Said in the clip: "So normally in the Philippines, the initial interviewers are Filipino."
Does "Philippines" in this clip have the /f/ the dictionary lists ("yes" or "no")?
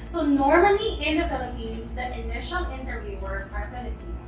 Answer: yes